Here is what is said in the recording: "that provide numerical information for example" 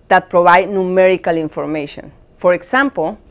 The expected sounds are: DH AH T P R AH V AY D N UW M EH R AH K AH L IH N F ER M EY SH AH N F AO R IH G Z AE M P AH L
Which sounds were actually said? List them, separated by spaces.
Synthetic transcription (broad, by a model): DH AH T P R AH B AY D N UW M EH R AH K AH L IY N F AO M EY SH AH N F AO R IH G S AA M P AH L